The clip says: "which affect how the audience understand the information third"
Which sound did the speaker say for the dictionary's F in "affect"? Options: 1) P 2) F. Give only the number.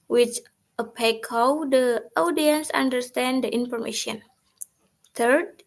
1